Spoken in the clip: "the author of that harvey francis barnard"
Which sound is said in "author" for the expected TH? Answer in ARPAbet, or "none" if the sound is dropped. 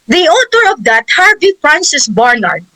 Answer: T